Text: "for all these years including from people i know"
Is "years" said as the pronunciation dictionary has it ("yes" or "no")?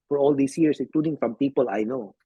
no